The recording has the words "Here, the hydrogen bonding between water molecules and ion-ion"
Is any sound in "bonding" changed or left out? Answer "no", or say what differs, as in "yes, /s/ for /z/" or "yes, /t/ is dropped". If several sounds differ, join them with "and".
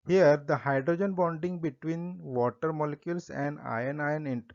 no